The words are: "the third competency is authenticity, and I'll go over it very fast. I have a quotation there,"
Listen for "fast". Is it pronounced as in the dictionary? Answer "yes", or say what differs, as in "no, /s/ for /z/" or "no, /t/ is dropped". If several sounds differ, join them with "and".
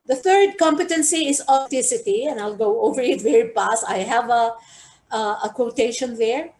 no, /p/ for /f/